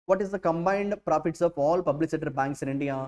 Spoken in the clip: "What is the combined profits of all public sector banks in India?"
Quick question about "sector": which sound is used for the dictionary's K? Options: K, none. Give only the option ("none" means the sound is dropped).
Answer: none